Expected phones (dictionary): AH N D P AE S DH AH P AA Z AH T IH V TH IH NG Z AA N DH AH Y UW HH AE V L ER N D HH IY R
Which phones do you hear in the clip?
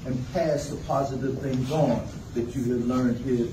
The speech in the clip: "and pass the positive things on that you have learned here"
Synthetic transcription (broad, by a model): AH N P AE S DH AH P AA Z AH T IH V TH IH NG Z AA N DH AH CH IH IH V L ER N D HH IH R